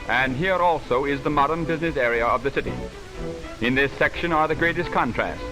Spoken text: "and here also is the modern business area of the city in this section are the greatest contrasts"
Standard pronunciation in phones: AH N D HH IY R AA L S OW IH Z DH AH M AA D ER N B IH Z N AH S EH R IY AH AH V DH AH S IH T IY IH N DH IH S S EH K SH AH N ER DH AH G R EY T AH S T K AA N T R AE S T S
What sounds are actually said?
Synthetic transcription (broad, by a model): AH N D HH IY R AA L S OW IH Z DH AH M AA D ER N B IH Z N AH S EH R IY AH AH V DH AH S IH T IY IH N DH IH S S EH K SH AH N ER DH AH G R EY T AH S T K AA N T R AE S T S